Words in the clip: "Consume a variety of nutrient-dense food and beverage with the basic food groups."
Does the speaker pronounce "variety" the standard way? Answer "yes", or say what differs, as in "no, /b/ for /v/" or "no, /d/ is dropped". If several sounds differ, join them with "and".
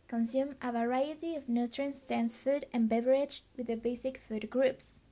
yes